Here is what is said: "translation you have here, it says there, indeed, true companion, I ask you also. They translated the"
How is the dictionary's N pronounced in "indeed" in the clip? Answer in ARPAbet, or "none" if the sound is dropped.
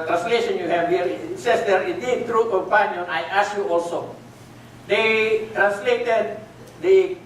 none